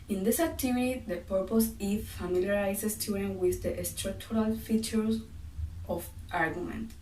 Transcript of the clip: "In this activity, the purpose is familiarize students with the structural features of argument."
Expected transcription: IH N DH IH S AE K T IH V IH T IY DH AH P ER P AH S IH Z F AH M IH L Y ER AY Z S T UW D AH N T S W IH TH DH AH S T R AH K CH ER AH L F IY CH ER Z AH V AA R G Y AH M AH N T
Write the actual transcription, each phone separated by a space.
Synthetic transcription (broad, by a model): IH N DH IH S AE K T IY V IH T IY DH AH P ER P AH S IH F F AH M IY L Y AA AY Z S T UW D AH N W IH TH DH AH S T R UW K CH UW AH L F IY CH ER S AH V AA R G Y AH M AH N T